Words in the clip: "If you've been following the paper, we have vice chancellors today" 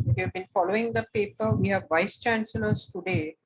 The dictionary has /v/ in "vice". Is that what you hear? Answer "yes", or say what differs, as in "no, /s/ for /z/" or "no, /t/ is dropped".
yes